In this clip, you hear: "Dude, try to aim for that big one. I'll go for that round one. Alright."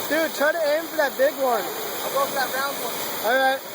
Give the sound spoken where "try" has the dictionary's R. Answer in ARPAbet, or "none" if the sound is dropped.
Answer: none